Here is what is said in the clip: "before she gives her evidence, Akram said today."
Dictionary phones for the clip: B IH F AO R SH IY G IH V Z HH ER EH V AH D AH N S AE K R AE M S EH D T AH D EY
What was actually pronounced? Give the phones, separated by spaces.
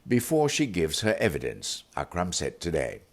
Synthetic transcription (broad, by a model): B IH F AO R SH IY G IH V Z HH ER EH V AH D AH N S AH K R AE M S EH T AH D EY